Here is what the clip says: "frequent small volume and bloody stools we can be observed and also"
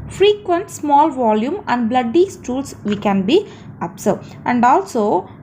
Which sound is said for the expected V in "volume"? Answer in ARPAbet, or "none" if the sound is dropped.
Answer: V